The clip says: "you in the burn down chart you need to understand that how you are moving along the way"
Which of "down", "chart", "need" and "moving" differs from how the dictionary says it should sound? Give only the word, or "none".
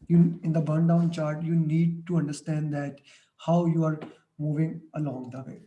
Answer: none